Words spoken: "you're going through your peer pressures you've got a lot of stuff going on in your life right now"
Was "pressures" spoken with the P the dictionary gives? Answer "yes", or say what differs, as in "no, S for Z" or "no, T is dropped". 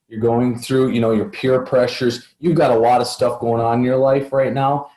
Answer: yes